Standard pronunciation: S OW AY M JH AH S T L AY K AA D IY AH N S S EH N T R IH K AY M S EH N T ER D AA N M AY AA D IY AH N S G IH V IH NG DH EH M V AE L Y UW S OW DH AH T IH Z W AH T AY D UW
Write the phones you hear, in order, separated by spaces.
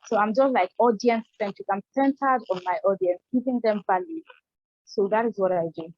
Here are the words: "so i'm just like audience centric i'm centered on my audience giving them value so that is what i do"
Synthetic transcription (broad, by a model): S OW AY M JH AH S T L AY K AA D IY AH N S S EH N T IH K AY M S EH N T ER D AA N M AY AA D IY AH N S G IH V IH NG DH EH M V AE L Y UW S OW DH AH T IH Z W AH T AY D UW